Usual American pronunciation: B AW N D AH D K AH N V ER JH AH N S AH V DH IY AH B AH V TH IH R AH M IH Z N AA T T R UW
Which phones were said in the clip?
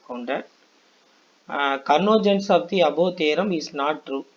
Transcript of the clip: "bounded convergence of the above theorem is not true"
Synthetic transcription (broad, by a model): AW N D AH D K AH N AO JH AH N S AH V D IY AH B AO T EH R AH M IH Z N AA T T R UW